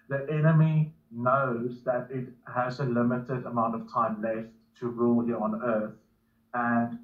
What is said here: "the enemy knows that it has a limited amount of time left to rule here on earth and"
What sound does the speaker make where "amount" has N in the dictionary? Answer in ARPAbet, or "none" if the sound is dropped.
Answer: N